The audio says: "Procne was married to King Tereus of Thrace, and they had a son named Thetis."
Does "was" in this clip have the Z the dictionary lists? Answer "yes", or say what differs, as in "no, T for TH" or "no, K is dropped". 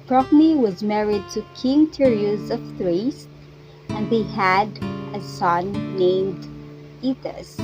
yes